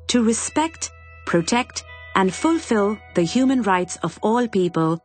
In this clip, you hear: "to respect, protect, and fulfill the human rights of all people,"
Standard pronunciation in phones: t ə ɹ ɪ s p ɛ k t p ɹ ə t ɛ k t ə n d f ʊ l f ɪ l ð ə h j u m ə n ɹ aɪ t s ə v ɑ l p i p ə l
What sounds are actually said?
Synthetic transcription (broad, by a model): t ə ɹ ɪ s p ɛ k t p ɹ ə t ɛ k t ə n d f ʊ l f ɪ l ð ə h j u m ə n ɹ aɪ t s ə v ɑ l p i p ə l